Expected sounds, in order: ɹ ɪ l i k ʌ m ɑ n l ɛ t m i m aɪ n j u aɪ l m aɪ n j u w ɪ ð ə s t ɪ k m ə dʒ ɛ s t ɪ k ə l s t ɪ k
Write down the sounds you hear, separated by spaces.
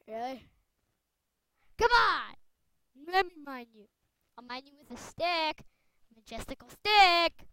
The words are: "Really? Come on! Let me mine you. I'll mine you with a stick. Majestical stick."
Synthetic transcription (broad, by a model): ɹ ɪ l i k ʌ m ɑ n l ɛ t m i m aɪ n j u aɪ m aɪ n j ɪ w ɪ ð ə s t ɪ k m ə dʒ ɛ s t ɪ k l s t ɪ k